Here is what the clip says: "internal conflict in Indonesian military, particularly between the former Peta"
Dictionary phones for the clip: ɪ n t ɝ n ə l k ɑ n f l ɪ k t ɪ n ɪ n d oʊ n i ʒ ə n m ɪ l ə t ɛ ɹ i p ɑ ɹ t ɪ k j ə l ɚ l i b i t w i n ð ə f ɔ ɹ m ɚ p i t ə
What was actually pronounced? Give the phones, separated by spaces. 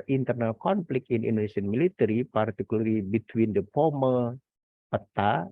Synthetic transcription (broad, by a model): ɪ n t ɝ n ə l k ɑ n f l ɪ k ɪ n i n d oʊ n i s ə n m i l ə t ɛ ɹ i p ɑ ɹ t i k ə l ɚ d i b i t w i n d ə p ɔ m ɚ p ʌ t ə